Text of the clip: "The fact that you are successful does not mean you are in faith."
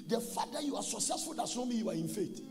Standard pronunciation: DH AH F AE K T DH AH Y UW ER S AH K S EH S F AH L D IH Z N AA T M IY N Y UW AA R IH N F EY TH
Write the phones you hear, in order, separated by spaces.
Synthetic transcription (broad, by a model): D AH F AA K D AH Y UW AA S AH K S EH S F AH L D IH S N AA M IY Y UW AA R IH N F EY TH